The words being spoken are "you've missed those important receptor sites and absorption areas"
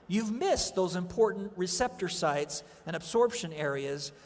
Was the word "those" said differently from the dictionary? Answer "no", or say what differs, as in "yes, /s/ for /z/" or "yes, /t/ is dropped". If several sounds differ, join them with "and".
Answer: no